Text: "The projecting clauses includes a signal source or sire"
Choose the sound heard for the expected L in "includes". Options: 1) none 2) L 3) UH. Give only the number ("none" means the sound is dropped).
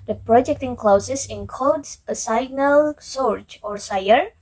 1